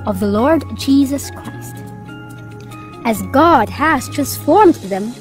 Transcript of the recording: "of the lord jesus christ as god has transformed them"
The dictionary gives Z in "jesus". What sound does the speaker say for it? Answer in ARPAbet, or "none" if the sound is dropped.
Z